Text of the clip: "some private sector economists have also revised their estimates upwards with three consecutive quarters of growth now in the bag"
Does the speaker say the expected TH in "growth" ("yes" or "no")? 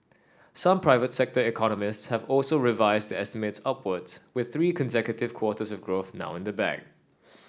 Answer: yes